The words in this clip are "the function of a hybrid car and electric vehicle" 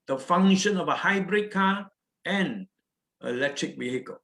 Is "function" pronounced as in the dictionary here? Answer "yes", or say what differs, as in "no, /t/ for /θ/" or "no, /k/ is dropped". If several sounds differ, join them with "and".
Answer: no, /k/ is dropped